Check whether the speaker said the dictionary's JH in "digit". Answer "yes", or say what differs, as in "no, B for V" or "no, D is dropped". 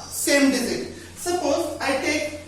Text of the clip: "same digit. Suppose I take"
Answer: no, Z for JH